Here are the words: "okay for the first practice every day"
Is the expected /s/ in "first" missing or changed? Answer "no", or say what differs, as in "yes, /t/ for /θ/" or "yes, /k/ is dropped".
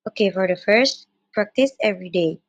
no